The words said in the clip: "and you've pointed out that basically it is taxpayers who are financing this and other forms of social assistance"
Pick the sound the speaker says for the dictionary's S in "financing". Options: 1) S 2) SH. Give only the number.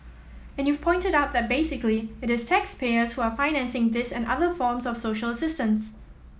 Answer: 1